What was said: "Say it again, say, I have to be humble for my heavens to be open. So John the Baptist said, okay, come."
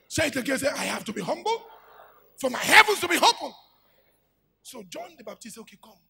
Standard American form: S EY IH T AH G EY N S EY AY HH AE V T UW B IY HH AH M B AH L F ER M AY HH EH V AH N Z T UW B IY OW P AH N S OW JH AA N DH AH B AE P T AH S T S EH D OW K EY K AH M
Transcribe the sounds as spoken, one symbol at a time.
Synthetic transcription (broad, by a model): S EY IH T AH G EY S EY AY HH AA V T UW B IY HH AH M B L F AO M AY HH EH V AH N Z T UW B IY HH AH L S OW JH AA N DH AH B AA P T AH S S OW K EY K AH M